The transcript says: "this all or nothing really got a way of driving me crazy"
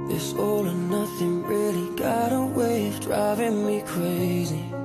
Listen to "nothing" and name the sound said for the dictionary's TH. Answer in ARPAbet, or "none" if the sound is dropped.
TH